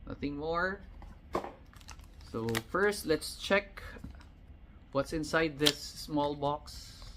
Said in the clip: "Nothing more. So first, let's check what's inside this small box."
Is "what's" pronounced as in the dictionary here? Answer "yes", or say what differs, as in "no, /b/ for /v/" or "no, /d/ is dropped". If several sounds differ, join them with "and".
yes